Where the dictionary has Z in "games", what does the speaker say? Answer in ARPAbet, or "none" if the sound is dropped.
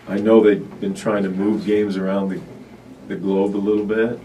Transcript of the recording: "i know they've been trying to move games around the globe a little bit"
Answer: Z